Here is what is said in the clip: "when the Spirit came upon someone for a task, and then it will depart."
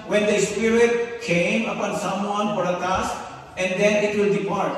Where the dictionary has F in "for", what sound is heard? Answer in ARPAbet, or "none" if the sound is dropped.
P